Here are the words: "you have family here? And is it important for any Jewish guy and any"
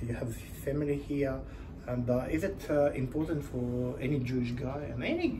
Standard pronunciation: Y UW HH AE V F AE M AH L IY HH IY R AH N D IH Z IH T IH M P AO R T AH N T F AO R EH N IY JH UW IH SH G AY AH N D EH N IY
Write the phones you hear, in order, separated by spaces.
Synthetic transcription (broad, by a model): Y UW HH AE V F AE M AH L IY HH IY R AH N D IH Z IH T IH M P AO R T AH N T F AO R EH N IY JH UW IH SH G AY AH N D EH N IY